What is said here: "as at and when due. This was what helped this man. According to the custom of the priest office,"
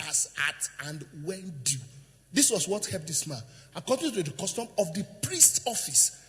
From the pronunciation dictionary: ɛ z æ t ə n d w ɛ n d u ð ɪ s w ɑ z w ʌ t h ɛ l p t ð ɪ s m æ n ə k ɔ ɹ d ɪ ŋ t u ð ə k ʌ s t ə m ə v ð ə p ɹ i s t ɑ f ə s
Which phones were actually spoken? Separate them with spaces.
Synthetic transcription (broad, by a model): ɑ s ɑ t ə n d w ɛ n d u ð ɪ s w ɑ s w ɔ t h ɛ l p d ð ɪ s m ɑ n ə k ɔ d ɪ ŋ t u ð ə k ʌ s t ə m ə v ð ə p ɹ i s t ɑ f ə s